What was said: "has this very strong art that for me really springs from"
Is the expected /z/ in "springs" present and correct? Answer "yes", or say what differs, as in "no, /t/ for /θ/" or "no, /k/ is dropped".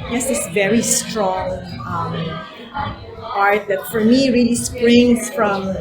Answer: no, /z/ is dropped